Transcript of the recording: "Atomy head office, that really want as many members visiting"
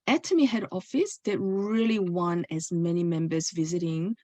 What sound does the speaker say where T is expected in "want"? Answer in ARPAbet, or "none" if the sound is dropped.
none